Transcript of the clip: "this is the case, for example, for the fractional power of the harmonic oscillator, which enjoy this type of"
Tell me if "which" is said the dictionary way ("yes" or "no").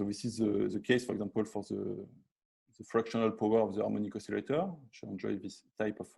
no